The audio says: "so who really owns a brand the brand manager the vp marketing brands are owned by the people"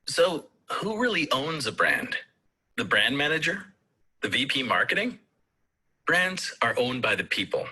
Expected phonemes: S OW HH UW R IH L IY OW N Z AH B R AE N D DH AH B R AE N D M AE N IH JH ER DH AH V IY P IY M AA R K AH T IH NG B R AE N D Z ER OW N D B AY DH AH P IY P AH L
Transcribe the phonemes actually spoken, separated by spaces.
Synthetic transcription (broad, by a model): S OW HH UW R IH L IY OW N Z AH B R AE N D DH AH B R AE N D M AE N IH JH ER DH AH V IY P IY M AA R K AH T IH NG B R AE N D Z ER OW N B AY DH AH P IY P L